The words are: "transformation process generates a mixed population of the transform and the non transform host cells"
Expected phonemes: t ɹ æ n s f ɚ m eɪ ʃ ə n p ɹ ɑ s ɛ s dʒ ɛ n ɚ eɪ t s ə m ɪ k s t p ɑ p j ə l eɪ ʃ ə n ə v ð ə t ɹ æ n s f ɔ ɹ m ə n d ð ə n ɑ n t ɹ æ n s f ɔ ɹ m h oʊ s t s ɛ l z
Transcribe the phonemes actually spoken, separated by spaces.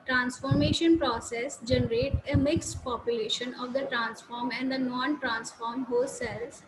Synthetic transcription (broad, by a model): t ɹ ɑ n s f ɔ m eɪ ʃ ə n p ɹ ɑ s ɛ s dʒ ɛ n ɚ eɪ t ə m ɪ k s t p ɑ p j ə l eɪ ʃ ə n ə v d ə t ɹ æ n s f ɔ ɹ m ə n d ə n ɑ n t ɹ æ n s f ɔ ɹ m h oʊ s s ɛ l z